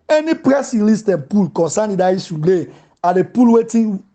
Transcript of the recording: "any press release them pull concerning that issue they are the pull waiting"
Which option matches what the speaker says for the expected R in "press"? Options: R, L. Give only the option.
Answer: R